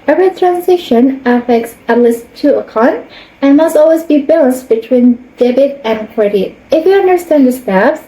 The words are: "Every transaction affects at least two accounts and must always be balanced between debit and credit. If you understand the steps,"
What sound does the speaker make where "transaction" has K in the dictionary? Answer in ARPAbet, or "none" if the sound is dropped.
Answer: none